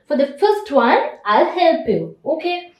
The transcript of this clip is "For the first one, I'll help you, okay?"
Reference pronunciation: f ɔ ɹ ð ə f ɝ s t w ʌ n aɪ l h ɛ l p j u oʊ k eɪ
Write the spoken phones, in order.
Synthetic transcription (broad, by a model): f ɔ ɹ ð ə f ɝ s t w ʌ n aɪ l h ɛ l p j u oʊ k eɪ